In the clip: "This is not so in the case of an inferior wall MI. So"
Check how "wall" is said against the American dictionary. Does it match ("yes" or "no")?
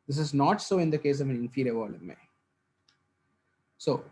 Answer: no